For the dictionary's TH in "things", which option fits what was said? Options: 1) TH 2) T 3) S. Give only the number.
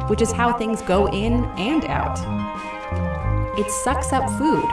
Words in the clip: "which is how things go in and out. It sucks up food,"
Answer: 1